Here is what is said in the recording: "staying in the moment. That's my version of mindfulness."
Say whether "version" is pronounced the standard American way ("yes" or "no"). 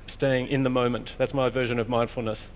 yes